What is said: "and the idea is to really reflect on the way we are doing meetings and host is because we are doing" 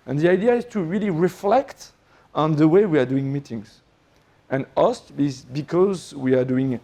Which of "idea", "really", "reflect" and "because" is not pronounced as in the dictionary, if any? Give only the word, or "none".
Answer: none